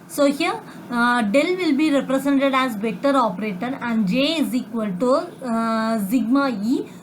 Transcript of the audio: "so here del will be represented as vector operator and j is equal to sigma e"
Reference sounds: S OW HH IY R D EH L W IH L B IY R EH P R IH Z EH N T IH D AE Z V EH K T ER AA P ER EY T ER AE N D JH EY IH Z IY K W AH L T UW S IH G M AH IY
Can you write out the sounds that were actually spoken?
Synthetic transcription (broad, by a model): S OW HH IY R D EH L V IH L B IY R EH P R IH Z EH N T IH D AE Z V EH T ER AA P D EY T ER AE N D JH EY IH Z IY K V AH L T UW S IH G M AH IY